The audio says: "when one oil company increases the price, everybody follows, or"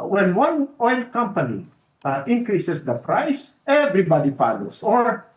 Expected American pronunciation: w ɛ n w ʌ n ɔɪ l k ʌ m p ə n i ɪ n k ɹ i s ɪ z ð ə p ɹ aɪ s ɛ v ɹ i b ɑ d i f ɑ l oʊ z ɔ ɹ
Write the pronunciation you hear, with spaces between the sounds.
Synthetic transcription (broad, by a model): w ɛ n w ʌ n ɔɪ l k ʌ m p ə n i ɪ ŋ k ɹ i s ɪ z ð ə p ɹ aɪ s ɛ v ɹ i b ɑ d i p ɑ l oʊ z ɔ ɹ